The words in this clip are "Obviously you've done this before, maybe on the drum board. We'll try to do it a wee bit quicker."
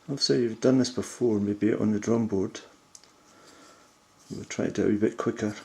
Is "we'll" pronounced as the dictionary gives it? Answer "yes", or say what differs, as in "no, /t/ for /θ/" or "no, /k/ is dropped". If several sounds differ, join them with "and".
no, /w/ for /l/